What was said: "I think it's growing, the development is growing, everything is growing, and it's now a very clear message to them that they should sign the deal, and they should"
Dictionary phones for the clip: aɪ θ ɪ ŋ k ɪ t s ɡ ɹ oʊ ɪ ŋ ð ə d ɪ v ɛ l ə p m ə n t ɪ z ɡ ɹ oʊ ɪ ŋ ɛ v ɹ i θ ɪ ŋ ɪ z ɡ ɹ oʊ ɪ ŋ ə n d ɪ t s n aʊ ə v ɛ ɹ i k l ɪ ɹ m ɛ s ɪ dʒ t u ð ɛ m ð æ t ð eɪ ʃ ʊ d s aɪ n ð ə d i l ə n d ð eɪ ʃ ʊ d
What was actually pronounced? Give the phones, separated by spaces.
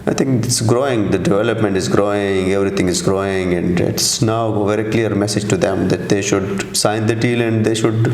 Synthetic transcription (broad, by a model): aɪ t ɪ ŋ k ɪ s ɡ ɹ oʊ ɪ ŋ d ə d ɪ v ɛ l ə p m ə n t ɪ z ɡ ɹ oʊ ɪ ŋ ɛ v ɹ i t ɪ ŋ ɪ z ɡ ɹ oʊ ɪ ŋ ə n d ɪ t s n aʊ ə v ɛ ɹ i k l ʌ ɹ m ɛ s ɪ dʒ t u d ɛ m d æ t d eɪ ʃ ʊ d s aɪ n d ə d i l ə n d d eɪ ʃ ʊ d